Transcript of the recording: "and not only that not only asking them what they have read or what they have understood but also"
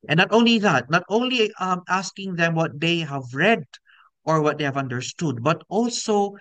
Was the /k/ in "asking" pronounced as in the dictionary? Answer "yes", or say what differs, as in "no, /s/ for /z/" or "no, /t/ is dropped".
yes